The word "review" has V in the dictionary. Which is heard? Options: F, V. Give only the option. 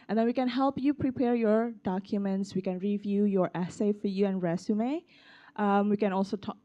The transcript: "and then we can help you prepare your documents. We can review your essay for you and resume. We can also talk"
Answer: V